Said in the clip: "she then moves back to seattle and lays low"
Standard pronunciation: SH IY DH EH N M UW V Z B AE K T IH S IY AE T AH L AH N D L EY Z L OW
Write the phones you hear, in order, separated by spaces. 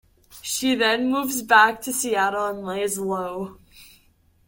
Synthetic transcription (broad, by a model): SH IY DH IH N M UW V Z B AE K T IH S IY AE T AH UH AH N L EY Z L OW